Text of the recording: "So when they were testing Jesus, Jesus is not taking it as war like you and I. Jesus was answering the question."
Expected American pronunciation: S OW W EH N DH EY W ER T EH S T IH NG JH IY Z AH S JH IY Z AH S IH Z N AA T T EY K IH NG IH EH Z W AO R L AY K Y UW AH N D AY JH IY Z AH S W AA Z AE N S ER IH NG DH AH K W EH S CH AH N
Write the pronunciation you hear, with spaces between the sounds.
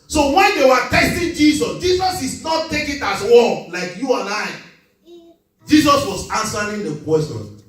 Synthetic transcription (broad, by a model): S OW W EH N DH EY W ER T EH S T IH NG JH IY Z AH S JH IY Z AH S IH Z N AA T T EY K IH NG IH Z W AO L L AY K Y UW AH N AY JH IY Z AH S W AA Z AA N S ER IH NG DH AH K W EH S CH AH N